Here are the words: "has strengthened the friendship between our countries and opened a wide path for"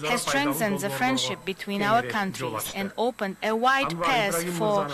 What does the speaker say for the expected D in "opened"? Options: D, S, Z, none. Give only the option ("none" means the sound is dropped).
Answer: D